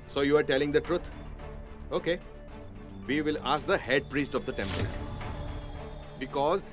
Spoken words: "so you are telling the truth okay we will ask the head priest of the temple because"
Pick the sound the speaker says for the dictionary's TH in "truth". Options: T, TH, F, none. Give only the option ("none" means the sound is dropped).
T